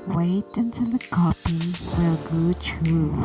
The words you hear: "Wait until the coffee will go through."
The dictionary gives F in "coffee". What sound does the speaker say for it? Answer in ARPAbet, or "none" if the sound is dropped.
P